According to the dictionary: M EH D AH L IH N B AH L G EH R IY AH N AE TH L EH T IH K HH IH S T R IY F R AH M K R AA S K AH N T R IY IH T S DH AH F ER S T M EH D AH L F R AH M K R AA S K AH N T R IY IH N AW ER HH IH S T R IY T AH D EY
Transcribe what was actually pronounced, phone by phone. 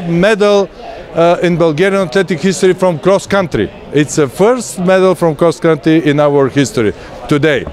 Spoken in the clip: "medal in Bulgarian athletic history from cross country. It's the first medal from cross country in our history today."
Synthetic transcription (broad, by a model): M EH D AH L IH N B AH L G EH R IY AH N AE T L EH T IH K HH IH S T R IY F R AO M K R AA S K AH N T R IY IH T S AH F ER S T M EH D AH L F R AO M K R AA S K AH N T R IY IH N AW ER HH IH S T R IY T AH D EY